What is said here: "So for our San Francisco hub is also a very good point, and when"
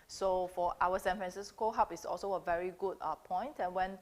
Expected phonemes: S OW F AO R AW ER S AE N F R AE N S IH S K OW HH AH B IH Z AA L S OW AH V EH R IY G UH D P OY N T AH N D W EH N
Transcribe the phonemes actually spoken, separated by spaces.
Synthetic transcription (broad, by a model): S OW F AO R AW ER S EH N F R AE N S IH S K OW HH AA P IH S AA L S OW AH V EH R IY G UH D P OY N T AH N W EH N